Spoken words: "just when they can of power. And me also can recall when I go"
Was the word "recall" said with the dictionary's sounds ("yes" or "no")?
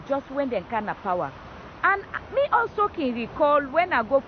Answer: yes